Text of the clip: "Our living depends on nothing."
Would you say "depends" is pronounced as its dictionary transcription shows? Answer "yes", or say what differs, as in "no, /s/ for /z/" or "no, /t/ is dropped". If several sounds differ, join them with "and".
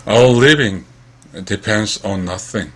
yes